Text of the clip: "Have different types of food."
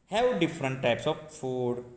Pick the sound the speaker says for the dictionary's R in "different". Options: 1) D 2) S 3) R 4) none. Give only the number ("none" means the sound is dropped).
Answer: 3